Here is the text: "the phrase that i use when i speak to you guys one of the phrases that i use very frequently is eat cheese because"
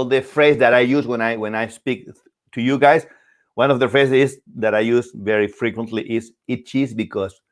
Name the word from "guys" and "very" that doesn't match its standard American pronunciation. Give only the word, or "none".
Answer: guys